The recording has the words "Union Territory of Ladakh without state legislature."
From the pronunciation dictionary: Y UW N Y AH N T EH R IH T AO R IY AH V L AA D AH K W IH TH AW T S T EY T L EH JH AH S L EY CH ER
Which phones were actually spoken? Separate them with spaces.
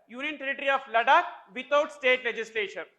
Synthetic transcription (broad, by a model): Y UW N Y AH N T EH R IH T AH R IY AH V L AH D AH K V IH T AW T S T EY T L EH JH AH S L EY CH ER